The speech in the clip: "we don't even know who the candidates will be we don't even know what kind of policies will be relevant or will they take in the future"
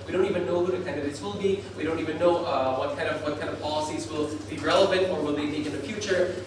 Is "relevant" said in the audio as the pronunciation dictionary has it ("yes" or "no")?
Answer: yes